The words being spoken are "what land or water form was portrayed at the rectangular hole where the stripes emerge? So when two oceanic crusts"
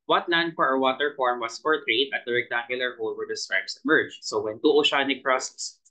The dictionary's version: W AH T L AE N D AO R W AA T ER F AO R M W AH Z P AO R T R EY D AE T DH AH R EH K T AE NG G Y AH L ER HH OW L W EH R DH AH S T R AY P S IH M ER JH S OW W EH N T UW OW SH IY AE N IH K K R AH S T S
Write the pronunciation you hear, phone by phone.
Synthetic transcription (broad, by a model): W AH T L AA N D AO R W AA T ER F AO R M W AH S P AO R T R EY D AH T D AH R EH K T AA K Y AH L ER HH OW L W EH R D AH S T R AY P S IH M ER JH S OW W EH N T UW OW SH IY N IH K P R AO S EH S